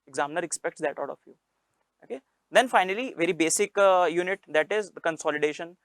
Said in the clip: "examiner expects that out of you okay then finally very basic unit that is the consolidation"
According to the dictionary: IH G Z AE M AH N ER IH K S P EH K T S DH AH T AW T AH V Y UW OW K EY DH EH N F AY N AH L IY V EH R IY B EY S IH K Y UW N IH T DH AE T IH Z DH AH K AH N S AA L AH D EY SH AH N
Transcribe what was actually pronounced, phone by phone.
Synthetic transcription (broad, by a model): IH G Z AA M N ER IH K S P EH K T S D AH T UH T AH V Y UW OW K EY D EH N F AY N AH L IY V EH R IY B EY S IH K Y UW N IH T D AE T IH Z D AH K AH N S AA L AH D EY SH AH N